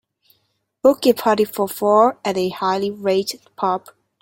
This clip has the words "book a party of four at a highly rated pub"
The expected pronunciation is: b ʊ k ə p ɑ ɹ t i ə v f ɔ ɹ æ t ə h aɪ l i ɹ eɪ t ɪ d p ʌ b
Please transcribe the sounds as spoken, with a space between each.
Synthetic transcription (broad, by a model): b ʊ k ə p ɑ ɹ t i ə f ɔ ɹ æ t ə h aɪ l i ɹ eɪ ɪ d p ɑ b